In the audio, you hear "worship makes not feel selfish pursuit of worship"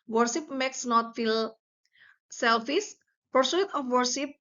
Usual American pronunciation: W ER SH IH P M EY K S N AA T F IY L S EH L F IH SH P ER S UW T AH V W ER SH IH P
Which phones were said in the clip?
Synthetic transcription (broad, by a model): W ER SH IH P M EY K S N AA T F IY L S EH L F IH S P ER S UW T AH F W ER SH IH P